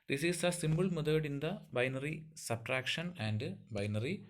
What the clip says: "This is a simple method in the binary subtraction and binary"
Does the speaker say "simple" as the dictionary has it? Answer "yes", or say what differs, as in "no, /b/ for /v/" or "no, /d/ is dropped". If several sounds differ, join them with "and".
no, /b/ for /p/